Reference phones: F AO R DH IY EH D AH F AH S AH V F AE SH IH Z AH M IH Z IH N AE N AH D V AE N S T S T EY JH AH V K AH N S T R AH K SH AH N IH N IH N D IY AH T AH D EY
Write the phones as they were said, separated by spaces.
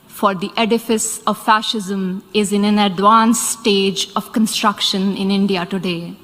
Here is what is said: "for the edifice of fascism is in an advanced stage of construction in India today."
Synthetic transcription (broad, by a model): F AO R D IY EH D AH F AH S AH V F AE SH IH Z AH M IH Z IH N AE N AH D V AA N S S T EY JH AH V K AH N S T R AH K SH AH N IH N IH N D IY AH T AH D EY